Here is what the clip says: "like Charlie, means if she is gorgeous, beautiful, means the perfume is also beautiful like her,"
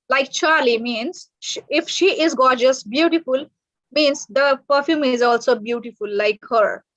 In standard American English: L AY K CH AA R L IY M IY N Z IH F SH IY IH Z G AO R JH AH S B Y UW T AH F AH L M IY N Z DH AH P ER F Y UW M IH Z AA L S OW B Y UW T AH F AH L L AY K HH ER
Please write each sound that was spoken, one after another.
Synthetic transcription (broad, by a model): L AY K CH AA R L IY M IY N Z IH F SH IY IH Z G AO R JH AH S B Y UW T AH F AH L M IY N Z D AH P ER F Y UW M IH Z AA L S OW B Y UW T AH F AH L L AY K HH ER